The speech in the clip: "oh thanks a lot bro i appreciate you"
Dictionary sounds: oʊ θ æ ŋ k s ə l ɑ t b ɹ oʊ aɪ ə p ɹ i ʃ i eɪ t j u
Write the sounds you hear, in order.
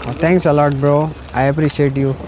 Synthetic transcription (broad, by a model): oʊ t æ ŋ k s ə l ɑ t b ɹ oʊ aɪ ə p ɹ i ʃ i eɪ t j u